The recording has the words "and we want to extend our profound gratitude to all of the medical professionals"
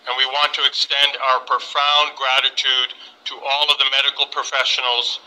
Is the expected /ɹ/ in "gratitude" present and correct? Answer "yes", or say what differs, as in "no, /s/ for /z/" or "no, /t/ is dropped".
yes